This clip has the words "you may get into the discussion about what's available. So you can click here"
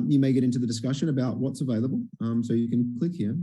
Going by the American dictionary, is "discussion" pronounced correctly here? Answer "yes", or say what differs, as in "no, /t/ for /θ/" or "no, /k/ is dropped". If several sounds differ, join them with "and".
yes